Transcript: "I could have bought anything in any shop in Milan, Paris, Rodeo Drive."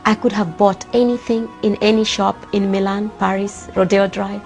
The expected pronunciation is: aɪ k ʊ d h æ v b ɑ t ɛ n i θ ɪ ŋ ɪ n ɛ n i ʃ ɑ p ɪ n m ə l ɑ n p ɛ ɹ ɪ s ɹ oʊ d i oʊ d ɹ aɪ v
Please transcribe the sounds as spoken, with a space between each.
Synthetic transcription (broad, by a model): aɪ k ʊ d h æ v b ɑ t ɛ n i θ ɪ ŋ ɪ n ɛ n i ʃ ɑ p ɪ n m ə l ɑ n p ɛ ɹ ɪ s ɹ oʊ d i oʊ d ɹ aɪ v